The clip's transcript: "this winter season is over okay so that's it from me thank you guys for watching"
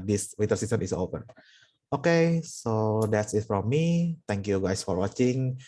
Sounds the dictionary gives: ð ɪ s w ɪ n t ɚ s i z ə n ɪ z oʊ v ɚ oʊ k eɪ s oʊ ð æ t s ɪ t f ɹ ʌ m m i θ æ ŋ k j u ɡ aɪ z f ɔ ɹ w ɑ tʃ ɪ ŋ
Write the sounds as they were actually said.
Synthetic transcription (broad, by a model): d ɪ s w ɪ t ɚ s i s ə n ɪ s oʊ p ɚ oʊ k eɪ s oʊ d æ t s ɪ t f ɹ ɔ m m i t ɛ ŋ k j u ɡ aɪ s f ɔ ɹ w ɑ tʃ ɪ ŋ